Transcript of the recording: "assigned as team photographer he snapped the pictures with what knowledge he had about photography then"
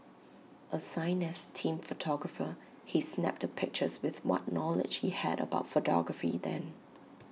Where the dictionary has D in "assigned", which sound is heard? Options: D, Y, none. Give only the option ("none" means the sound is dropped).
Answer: none